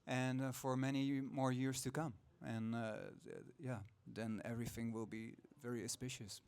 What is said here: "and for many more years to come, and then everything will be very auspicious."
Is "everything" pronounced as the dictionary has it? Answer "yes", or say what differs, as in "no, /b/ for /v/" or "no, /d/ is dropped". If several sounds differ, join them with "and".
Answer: yes